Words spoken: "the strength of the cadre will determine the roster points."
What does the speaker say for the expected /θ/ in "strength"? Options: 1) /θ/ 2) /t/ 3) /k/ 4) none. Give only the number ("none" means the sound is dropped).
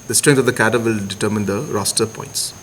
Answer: 2